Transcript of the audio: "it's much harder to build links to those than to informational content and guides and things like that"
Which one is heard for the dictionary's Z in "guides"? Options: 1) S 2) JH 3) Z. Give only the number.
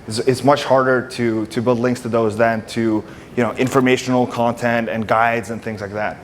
3